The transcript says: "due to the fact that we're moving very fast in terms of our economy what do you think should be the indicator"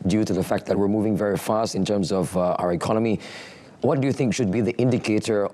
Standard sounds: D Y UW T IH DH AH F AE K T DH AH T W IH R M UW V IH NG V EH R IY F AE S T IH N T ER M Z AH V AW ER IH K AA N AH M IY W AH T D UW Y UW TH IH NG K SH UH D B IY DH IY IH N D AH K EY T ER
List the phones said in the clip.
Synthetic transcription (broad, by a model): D Y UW T IH DH AH F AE K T DH AH T W IH R M UW V IH NG V EH R IY F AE S T IH N T ER M Z AH V AW ER IH K AA N AH M IY W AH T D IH Y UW TH IH NG K SH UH D B IY DH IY IH N D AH K EY T ER